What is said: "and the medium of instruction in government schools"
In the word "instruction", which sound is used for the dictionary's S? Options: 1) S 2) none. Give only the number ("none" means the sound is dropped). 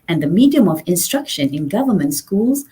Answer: 1